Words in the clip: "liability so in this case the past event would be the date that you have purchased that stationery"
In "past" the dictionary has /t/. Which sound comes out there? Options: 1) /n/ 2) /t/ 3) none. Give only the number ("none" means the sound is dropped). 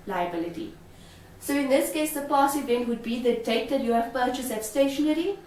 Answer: 3